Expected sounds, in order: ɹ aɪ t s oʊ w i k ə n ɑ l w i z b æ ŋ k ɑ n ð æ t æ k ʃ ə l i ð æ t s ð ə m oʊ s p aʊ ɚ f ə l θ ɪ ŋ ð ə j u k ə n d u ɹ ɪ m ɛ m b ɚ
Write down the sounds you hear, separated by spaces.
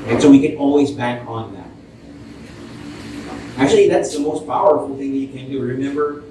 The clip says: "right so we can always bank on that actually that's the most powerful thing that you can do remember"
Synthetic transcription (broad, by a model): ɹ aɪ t s oʊ w i k ə n ɑ l w i z b æ ŋ k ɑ n ð æ t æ k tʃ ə l i ð æ t s ð ə m oʊ s p aʊ ɚ f l θ ɪ ŋ ð ə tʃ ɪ k ə n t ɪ ɹ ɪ m ɛ m b ɚ